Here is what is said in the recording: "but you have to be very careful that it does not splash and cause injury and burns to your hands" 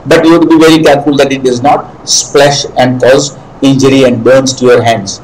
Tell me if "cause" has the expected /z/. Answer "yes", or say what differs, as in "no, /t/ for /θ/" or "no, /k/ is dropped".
yes